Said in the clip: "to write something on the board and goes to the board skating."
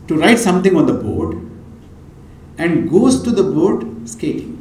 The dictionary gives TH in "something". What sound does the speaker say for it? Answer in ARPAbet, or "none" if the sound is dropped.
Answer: T